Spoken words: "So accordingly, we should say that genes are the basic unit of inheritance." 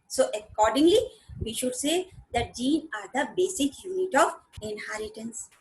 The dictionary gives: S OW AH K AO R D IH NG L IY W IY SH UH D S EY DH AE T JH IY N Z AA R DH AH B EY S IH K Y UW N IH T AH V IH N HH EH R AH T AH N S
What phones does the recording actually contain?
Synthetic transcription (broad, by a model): S OW AH K AO R D IH NG L IY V IY SH UH D S EY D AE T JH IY N AA R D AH B EY S IH K Y UW N IH T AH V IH N HH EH R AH T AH N S